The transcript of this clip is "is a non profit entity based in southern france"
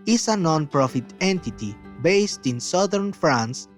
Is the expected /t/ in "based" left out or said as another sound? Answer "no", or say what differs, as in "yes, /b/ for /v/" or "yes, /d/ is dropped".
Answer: no